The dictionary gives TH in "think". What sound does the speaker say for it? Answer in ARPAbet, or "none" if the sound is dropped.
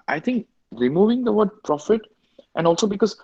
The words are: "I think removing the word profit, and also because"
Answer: T